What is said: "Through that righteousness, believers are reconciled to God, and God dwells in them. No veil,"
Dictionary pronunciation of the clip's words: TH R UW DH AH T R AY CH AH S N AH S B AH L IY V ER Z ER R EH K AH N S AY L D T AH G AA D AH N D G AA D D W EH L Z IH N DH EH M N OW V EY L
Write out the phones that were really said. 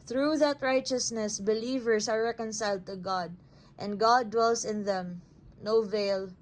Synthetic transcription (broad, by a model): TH R UW DH AH T R AY CH AH S N AH S B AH L IY V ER S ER R EH K AH N S AY L D T AH G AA D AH N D G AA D D W EH L S IH N DH EH M N OW V EY L